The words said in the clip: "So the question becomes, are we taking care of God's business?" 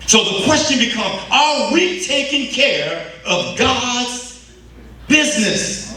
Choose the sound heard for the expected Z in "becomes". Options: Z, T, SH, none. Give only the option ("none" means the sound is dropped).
none